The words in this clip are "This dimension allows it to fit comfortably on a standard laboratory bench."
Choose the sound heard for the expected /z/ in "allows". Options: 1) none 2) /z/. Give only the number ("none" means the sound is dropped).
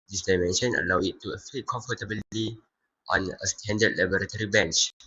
1